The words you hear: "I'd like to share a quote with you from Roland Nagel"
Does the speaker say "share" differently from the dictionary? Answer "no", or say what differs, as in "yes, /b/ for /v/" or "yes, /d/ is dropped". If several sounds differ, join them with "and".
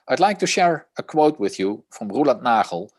no